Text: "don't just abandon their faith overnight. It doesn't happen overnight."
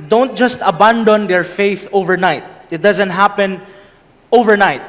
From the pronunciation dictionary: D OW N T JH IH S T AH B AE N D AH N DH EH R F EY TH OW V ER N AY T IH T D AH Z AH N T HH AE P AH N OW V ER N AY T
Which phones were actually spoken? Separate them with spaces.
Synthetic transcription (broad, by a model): D OW N T JH IH S T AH B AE N D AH N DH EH R F EY TH OW V ER N AY T IH T D AH Z AH N T HH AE P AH N OW V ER N AY T